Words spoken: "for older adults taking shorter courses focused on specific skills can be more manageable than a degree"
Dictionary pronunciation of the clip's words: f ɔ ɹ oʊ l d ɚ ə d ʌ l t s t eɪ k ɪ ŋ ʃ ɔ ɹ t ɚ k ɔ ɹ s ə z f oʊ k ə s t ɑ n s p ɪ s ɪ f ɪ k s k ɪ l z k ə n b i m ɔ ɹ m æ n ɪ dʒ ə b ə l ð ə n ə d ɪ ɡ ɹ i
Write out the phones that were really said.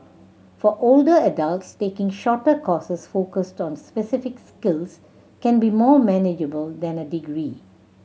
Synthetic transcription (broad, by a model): f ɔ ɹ oʊ l d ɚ ə d ʌ l t s t eɪ k ɪ ŋ ʃ ɔ t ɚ k ɔ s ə s f oʊ k ə s t ɑ n s p ɪ s ɪ f ɪ k s k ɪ l s k ə n b i m ɔ m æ n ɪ dʒ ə b ə l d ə n ə d ɪ ɡ ɹ i